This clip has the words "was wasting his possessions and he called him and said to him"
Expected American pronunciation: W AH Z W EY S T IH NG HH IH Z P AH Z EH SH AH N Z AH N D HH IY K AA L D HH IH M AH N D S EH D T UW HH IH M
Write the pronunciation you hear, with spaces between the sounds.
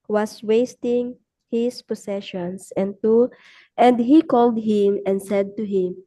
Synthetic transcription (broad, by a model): W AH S W EY S T IH NG HH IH S P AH S EH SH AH N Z AH N D HH IY K AA L D HH IH M AH N D S EH D T UW HH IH M